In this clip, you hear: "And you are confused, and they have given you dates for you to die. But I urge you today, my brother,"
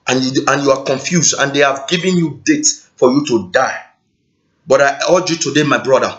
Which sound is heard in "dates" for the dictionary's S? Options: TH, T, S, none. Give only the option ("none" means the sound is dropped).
none